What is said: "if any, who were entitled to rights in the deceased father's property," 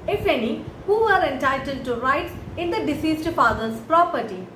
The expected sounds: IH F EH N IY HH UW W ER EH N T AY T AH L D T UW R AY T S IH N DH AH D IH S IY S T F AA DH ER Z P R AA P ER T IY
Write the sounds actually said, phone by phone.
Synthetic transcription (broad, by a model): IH F EH N IY HH UW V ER EH N T AY T AH L D T UW R AY T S IH N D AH D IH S IY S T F AA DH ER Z P R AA P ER T IY